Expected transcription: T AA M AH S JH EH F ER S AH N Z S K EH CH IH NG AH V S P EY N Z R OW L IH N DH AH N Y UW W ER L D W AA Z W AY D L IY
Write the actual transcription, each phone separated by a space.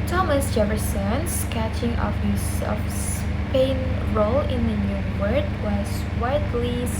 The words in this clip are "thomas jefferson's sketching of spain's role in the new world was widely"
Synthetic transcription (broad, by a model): T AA M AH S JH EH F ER S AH N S K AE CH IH NG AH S S P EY N R OW L IH N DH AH N Y UW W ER D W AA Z W AY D L IY